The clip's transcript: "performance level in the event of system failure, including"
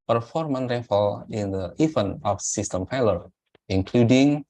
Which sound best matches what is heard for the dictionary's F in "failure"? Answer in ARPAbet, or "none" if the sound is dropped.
P